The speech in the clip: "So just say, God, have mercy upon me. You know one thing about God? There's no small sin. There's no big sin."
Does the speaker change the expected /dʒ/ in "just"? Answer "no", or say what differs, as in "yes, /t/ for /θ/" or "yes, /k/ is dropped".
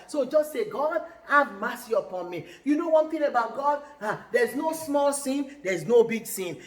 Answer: no